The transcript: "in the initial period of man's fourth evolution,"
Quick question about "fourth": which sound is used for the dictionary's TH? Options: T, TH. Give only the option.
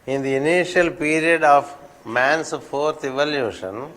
T